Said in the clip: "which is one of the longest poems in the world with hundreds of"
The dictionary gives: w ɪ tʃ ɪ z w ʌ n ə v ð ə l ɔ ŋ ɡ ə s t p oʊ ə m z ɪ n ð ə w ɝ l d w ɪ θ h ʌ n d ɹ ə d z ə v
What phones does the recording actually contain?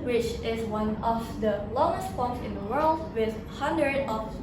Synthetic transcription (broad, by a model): w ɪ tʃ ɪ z w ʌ n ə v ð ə l ɔ ŋ ɡ ə s t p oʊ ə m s ɪ n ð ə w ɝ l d w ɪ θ h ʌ n d ɹ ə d ə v